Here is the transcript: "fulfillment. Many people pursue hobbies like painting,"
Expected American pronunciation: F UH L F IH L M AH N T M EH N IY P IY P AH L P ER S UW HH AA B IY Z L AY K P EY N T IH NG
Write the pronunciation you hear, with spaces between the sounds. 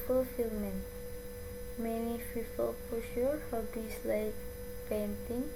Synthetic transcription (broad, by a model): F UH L F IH L M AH N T M EH N IY F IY F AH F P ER SH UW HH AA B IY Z L AY K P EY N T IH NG